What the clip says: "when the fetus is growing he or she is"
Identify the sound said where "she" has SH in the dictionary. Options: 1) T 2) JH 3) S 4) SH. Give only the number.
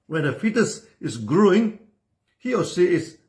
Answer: 3